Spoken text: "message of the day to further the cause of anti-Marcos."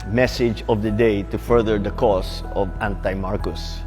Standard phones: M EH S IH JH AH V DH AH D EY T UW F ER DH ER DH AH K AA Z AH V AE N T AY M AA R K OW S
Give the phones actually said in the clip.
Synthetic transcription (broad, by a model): M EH S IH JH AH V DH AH D EY T UW F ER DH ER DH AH K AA S AH V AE N T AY M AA R K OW S